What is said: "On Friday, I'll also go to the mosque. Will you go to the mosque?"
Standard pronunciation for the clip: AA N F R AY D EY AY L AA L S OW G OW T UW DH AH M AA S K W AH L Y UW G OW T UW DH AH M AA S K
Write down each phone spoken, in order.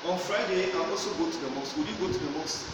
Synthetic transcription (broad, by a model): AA N F R AY D EY AY AA L S OW G OW T UW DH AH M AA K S W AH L Y UW G OW T UW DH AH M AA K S